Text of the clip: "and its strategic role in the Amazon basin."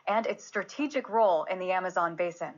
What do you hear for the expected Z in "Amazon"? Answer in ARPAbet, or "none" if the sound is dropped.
Z